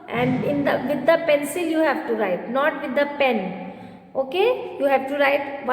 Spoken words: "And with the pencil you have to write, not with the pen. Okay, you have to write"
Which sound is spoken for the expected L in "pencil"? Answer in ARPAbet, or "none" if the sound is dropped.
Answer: L